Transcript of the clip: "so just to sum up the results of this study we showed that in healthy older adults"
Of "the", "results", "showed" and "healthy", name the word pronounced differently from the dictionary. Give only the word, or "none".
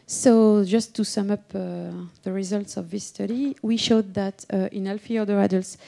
healthy